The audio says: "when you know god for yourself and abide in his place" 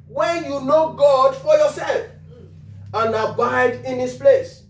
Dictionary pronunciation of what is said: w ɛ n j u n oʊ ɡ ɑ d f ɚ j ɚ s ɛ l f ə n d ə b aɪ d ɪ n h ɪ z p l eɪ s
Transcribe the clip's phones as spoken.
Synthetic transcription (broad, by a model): w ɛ n j u n oʊ ɡ ɑ d f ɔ j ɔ s ɛ l f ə n ə b aɪ d ɪ n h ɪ s p l eɪ s